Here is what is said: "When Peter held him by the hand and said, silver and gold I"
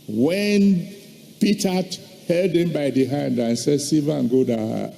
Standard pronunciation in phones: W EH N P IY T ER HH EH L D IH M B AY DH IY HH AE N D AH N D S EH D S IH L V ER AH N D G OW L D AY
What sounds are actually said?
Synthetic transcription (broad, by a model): W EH N P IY T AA HH EH L D IH M B AY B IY HH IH N D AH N S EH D S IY V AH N G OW D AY